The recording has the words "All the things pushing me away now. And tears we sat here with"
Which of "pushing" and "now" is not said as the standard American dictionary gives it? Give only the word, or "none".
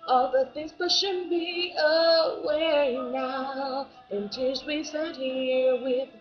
pushing